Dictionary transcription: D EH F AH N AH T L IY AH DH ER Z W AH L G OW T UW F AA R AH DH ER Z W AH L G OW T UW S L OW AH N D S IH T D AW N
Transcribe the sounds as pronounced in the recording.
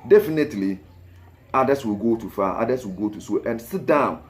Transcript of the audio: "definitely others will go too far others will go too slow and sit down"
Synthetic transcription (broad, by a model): D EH F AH N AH T L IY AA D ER S W AH L G OW T UW F AA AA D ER S W AH L G OW T UW S OW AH N S IH T D AW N